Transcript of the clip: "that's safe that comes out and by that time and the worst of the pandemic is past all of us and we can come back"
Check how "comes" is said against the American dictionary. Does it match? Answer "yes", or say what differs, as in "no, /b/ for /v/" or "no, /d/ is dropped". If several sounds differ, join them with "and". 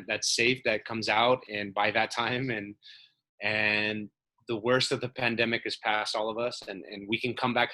yes